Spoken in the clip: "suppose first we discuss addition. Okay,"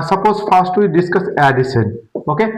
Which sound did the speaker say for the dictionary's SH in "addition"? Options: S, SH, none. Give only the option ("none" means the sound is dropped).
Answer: S